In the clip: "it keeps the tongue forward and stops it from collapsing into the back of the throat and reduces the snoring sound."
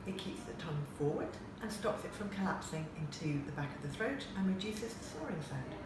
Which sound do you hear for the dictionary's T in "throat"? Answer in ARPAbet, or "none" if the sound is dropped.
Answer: T